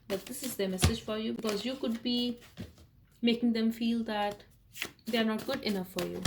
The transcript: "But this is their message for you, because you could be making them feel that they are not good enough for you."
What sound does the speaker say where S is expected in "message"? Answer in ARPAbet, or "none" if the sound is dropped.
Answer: S